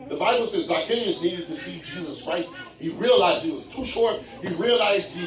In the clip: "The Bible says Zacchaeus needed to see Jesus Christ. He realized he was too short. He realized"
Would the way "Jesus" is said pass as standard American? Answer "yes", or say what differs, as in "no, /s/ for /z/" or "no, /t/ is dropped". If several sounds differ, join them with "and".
yes